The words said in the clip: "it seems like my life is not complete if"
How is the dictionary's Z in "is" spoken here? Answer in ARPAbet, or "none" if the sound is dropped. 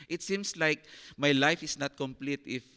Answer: S